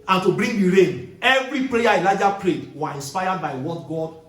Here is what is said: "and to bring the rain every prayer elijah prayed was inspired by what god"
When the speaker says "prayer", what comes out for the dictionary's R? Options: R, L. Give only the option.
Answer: L